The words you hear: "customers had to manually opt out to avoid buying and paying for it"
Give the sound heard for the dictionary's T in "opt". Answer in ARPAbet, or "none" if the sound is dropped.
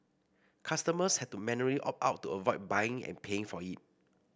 none